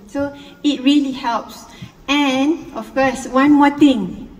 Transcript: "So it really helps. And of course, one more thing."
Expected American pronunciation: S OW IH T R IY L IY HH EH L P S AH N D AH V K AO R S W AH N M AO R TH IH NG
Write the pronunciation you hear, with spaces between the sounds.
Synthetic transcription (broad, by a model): S OW IH T R IY L IY HH EH L P S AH N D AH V K AO S W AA N M AO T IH NG